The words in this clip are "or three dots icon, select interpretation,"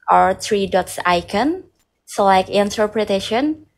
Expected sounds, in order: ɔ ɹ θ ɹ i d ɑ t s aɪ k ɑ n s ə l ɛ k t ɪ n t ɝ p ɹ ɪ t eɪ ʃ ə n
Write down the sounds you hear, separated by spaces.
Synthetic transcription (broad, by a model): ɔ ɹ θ ɹ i d ɑ t s aɪ k ɑ n s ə l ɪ k ɪ n t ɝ p ɹ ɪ t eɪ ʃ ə n